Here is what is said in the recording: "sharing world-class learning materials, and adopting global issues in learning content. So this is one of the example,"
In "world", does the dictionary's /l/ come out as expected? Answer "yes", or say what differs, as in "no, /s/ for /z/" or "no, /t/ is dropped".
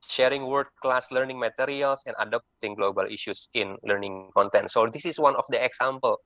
no, /l/ is dropped